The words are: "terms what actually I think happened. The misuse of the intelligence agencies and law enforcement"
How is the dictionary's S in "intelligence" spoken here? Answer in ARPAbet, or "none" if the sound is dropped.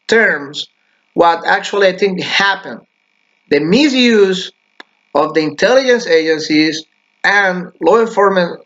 S